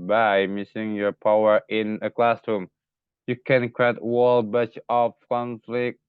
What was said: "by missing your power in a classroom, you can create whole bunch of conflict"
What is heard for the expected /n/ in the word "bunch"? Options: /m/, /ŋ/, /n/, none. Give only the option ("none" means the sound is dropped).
none